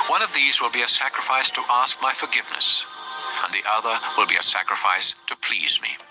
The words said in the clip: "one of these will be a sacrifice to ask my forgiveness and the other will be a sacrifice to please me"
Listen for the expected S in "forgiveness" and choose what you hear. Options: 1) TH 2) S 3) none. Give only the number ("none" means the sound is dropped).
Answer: 2